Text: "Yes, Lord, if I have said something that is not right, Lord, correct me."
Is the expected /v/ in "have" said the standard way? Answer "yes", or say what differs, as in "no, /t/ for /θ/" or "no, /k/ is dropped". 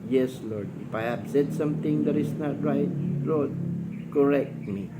no, /b/ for /v/